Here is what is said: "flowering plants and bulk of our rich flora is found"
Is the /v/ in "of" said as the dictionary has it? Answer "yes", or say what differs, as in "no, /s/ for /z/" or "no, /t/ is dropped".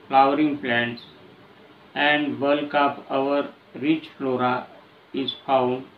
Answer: no, /p/ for /v/